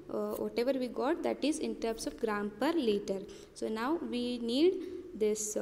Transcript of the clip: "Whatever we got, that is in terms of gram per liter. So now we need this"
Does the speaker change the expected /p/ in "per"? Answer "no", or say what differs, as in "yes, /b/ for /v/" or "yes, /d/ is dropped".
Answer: no